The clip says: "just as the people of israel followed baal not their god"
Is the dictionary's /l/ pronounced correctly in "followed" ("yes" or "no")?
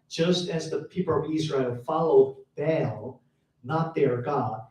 yes